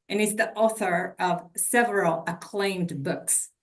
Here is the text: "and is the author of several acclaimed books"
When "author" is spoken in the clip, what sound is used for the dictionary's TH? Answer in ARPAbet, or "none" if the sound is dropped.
TH